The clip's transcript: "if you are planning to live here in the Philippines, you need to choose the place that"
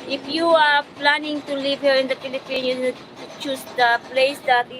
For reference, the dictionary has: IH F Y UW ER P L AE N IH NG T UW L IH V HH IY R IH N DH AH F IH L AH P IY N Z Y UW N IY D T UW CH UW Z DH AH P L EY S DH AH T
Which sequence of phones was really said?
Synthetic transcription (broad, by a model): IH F Y UW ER P L AE N IH NG T UW L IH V HH IY R IH N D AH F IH L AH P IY N Y UW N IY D T UW CH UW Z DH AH P L EY S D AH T